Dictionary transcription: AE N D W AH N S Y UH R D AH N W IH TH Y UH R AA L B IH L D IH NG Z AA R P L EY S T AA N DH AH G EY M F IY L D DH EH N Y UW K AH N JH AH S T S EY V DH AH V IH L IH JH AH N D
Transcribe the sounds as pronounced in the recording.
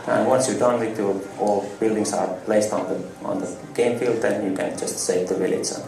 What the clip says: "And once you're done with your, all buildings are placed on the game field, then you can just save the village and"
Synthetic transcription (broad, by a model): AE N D W AH N S Y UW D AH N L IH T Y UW AA L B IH L D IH NG S AA R P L EY S T AA N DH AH G EY M F IY L D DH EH N Y UW K AH N JH AH S T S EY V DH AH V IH L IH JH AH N